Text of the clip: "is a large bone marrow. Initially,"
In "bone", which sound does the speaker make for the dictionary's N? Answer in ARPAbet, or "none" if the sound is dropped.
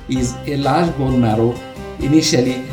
L